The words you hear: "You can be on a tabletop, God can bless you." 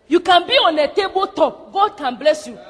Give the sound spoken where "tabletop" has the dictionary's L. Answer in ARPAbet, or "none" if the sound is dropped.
none